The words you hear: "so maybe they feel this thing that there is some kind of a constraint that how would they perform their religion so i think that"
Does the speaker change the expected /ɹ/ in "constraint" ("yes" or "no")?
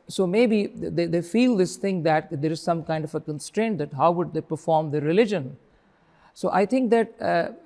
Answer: no